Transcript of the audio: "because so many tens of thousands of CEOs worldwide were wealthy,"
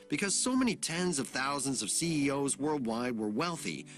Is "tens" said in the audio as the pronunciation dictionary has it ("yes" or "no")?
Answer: yes